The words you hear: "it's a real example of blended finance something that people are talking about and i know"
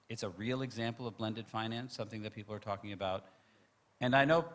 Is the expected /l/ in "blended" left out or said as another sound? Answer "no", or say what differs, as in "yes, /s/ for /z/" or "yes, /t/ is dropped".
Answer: no